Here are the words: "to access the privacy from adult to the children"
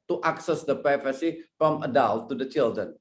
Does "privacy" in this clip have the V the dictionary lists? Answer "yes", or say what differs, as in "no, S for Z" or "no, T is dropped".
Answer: no, F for V